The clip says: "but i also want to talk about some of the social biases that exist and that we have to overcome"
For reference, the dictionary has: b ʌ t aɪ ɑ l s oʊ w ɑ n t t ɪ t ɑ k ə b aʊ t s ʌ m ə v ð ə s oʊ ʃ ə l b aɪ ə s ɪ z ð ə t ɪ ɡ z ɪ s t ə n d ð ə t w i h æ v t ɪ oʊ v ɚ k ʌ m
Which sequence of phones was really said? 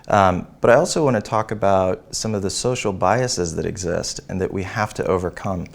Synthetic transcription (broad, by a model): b ʌ t aɪ ɑ l s oʊ w ɑ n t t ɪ t ɑ k ə b aʊ t s ʌ m ə v ð ə s oʊ ʃ l b aɪ ə s ɪ z ð ə t ɪ ɡ z ɪ s t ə n ð ə t w i h æ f t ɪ oʊ v ɚ k ʌ m